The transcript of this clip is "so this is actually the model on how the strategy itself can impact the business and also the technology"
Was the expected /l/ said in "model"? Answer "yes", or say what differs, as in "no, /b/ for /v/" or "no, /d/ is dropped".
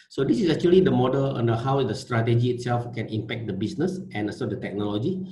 yes